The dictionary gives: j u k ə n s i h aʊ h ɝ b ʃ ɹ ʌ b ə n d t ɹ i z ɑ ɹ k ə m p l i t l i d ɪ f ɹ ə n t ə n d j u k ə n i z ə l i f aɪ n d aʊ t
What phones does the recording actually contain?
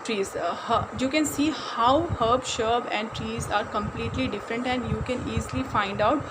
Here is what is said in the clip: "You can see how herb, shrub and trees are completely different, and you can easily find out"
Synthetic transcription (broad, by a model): j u k ə n s i h aʊ h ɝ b ʃ ʌ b ə n d t ɹ i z ɑ ɹ k ə m p l i t l i d ɪ f ɹ ə n t ə n d j u k ə n i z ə l i f aɪ n d aʊ t